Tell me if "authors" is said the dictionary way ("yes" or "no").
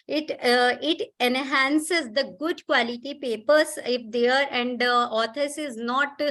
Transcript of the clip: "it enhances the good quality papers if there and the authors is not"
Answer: no